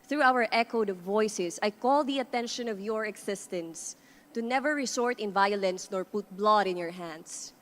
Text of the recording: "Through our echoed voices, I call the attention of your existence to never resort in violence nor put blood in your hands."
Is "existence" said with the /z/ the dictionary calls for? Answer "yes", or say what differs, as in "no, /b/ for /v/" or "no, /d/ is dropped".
no, /s/ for /z/